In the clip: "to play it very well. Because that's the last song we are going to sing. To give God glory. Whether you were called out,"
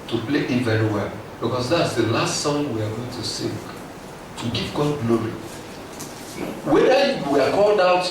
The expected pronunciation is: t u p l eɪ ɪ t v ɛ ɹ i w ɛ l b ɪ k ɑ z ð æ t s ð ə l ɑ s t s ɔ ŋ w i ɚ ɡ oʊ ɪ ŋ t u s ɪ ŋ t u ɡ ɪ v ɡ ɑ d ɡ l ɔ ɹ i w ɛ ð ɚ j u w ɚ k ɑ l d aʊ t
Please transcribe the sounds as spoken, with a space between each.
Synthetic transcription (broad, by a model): t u p l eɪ ɪ t v ɛ ɹ i w ɛ l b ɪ k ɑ s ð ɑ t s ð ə l ɑ s t s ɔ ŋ w i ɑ ɡ oʊ ɪ ŋ t u s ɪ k t u ɡ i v ɡ ɑ d ɡ l ɔ ɹ i w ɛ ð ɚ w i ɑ k ɑ l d aʊ t